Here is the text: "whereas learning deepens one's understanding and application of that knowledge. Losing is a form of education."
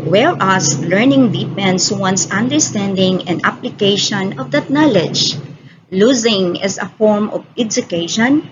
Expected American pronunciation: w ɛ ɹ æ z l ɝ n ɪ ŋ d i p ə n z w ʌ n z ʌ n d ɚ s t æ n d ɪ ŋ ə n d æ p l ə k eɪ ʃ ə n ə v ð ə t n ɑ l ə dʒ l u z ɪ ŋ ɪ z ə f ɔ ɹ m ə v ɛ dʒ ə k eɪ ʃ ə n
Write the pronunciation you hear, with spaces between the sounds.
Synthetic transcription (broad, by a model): w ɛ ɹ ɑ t l ɝ n ɪ ŋ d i p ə n s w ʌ n s ʌ n d ɚ s t æ n d ɪ ŋ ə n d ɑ p l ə k eɪ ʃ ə n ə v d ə t n ɑ l ə dʒ l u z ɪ ŋ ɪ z ə f ɔ ɹ m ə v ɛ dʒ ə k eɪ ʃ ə n